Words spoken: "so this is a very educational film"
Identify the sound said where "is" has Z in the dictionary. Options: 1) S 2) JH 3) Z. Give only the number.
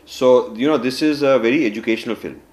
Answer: 3